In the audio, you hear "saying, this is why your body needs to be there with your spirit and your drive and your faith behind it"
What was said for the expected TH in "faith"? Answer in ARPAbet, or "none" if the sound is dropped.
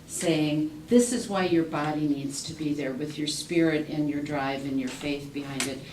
TH